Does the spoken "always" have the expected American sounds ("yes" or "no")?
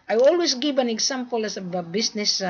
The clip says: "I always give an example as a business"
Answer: no